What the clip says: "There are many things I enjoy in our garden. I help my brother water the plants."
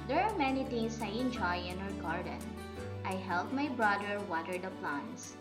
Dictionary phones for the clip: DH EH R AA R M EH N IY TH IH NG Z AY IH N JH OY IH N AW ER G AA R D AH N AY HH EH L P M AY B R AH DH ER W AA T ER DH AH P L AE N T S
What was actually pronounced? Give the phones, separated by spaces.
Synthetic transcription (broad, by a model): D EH R AA R M EH N IY T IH NG S AY IH N JH OY IH N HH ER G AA R D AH N AY HH EH L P M AY B R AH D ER W AA T ER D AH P L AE N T S